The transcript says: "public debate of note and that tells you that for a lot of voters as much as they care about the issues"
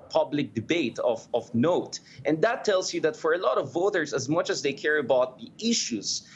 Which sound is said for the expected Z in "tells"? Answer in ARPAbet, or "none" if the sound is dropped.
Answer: S